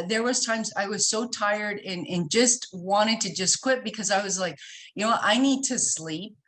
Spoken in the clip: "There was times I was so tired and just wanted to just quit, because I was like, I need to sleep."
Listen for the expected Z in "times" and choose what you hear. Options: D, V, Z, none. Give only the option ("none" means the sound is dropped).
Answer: Z